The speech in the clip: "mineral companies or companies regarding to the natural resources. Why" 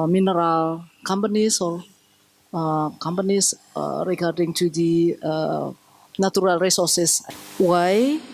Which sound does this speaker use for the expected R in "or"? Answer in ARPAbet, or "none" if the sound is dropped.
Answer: L